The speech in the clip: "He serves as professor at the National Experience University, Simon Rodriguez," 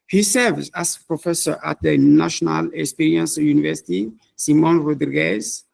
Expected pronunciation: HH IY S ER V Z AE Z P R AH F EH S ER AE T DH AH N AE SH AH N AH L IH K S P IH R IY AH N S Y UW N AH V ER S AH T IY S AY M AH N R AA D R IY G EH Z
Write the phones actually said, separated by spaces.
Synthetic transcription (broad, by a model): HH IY S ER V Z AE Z P R AH F EH S ER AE T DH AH N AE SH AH N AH L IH K S P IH R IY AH N S Y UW N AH V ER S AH T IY S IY M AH N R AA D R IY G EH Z